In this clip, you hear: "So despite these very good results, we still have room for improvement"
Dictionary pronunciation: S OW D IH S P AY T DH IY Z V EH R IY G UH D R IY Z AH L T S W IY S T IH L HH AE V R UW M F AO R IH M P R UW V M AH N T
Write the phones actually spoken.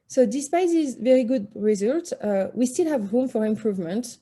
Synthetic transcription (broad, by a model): S OW D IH S P AY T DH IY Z V EH R IY G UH D R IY Z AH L T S W IY S T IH L HH AE V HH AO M F AO R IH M P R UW V M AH N T